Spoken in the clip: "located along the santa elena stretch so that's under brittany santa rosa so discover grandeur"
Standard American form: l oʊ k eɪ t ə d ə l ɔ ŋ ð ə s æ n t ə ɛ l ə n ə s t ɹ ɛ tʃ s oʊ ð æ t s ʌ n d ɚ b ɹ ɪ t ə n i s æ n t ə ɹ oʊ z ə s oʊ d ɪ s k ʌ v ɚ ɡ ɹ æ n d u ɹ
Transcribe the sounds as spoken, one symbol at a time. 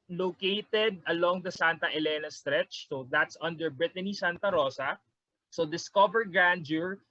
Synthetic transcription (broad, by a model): l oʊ k eɪ t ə d ə l ɔ ŋ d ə s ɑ n t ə ɛ l ə n ə s t ɹ ɛ tʃ s oʊ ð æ t s ʌ n d ɚ b ɹ ɪ t ə n i s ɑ n t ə ɹ oʊ s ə s oʊ d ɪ s k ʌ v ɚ ɡ ɹ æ n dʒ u ɹ